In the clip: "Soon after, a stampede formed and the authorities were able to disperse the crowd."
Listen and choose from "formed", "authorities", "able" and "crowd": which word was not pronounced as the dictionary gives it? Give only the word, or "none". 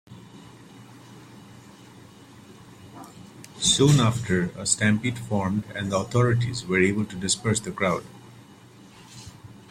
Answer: authorities